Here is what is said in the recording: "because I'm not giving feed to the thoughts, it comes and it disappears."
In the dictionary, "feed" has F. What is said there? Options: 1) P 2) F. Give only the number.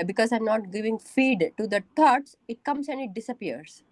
2